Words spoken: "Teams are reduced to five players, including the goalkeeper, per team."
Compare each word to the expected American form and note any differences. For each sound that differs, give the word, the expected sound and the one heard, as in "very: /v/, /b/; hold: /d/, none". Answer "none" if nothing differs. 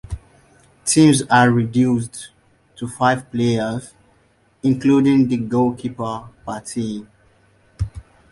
team: /m/, none